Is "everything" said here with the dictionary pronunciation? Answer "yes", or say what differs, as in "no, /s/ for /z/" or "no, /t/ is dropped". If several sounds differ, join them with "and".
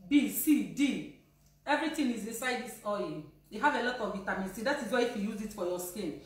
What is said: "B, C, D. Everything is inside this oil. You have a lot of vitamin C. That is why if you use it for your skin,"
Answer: no, /t/ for /θ/